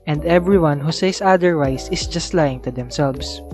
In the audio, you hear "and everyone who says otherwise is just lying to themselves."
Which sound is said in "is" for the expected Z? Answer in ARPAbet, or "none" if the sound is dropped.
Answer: S